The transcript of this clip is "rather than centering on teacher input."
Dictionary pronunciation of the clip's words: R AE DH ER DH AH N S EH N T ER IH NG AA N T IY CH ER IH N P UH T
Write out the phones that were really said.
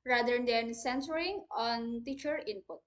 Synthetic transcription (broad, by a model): R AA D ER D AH N S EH N S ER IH NG AA N T IY CH ER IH N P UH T